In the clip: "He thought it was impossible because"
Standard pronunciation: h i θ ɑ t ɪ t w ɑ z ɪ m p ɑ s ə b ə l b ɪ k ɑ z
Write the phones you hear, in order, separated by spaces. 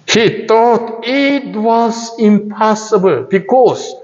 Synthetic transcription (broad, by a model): h i t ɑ t ɪ t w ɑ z ɪ m p ɑ s ə b ə l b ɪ k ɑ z